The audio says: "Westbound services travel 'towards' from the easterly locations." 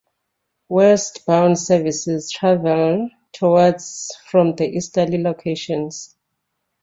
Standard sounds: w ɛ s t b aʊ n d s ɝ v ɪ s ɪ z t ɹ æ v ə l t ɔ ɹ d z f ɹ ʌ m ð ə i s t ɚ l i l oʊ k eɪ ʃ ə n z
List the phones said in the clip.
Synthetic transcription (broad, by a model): w ɛ s t b aʊ n d s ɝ v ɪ s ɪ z t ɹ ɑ v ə l t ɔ w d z f ɹ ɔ m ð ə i s t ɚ l i l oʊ k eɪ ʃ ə n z